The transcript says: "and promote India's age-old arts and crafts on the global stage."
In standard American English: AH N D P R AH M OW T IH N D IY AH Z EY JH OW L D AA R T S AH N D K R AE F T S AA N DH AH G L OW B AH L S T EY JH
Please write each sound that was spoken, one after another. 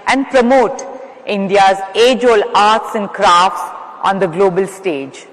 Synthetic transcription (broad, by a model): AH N D P R AH M OW T IH N D IY AH Z EY JH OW L AA R T S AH N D K R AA F T S AA N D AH G L OW B AH L S T EY JH